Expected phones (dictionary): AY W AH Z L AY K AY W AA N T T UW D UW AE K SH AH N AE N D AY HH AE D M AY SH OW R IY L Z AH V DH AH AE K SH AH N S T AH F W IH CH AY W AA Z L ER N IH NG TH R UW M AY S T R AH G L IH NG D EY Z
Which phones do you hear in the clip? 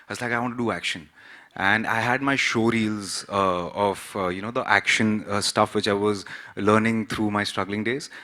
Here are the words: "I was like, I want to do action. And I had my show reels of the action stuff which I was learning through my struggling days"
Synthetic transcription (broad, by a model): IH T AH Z L AY K AY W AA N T T UW D UW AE K SH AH N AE N D AY HH AE D M AY SH OW R IY L Z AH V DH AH AE K SH AH N S T AH F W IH CH AY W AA Z L ER N IH NG T R UW M AY S T R AH G L IH NG D EY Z